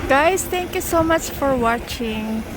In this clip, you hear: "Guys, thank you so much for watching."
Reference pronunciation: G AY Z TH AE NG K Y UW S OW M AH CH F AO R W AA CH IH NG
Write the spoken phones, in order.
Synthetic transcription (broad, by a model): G AY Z T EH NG K Y UW S OW M AH CH F AO R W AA CH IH NG